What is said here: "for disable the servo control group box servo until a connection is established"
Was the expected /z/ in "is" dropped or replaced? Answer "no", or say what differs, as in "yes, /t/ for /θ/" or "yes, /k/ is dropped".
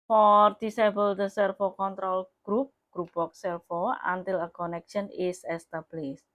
yes, /s/ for /z/